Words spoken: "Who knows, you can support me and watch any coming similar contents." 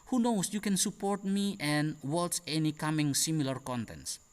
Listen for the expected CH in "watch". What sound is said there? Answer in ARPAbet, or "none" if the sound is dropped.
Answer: S